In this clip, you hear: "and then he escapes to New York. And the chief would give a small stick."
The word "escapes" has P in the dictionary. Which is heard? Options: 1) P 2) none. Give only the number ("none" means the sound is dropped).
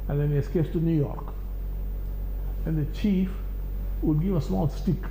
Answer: 2